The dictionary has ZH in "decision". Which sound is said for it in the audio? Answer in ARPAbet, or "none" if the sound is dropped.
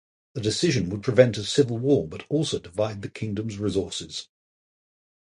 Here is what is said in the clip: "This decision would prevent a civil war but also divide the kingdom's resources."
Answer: ZH